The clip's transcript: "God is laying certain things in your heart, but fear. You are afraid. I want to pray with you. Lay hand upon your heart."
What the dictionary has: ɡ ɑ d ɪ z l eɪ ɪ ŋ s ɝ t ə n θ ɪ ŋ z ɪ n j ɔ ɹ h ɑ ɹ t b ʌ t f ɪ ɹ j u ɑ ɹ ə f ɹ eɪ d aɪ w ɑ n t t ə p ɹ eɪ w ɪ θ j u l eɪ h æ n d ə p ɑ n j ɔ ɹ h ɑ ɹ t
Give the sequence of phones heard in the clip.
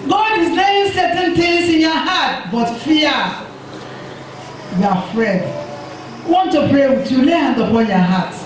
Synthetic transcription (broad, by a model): ɡ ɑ d ɪ z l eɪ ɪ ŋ s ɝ t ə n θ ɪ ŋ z ɪ n j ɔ h ɑ t b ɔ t f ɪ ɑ w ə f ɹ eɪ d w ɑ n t t ə p ɹ eɪ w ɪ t j u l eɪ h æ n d ə p ɑ n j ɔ h ɑ t